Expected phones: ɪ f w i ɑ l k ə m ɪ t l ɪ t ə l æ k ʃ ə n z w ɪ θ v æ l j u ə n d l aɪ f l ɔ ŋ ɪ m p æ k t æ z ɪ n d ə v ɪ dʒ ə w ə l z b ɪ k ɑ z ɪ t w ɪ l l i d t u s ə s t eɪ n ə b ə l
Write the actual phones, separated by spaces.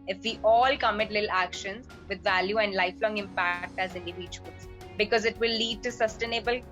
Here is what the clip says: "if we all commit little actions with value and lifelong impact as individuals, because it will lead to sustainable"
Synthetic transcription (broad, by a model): ɪ f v i ɑ l k ə m ɪ t l ɪ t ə l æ k ʃ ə n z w ɪ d v æ l j u ə n d l aɪ f l ɔ ŋ ɪ m p æ k t æ z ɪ n d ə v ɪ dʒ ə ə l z b ɪ k ɑ z ɪ t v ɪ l l i d t u s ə s t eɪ n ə b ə l